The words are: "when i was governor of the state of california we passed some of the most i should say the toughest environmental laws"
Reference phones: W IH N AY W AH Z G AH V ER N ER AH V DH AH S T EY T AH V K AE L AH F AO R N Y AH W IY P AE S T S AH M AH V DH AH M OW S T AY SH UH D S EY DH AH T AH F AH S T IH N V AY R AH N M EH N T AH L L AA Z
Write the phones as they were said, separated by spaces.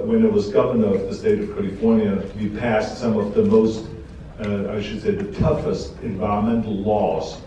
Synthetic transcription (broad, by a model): W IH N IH W AH Z G AH V ER N ER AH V DH AH S T EY T AH V K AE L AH F AO R N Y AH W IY P AE S T S AH M AH V DH AH M OW S T AY SH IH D S EY DH AH T AH F AH S T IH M V AY R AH M EH N T L L AA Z